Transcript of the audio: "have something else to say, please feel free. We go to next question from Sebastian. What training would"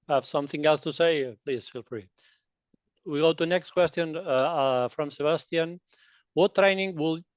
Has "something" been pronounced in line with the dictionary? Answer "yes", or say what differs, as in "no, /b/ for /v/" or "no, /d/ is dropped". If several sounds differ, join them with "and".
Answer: yes